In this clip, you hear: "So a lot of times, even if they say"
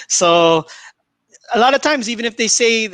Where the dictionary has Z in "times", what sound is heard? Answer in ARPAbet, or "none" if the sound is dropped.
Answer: Z